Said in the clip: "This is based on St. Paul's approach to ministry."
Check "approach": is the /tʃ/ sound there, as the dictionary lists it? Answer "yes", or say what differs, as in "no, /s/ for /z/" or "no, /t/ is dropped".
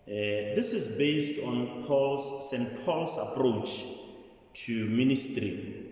yes